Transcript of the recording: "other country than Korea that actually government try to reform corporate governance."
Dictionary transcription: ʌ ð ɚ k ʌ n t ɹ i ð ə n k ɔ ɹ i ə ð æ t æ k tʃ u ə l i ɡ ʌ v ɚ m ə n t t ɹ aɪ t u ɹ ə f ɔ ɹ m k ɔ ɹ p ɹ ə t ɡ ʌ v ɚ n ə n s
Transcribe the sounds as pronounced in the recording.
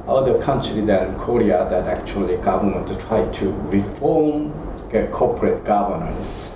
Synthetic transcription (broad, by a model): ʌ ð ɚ k ʌ n t ɹ i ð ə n k ɔ ɹ i ə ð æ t æ k tʃ u ə l i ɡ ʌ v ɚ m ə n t t ɹ aɪ t u ɹ ə f ɔ ɹ m k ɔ p ɹ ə t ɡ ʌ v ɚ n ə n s